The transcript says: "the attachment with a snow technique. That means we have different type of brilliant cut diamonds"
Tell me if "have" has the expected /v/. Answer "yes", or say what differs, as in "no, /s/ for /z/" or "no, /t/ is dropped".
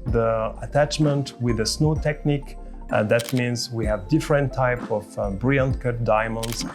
yes